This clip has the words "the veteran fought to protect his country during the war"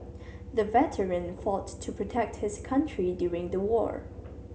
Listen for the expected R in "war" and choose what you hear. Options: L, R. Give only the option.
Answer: R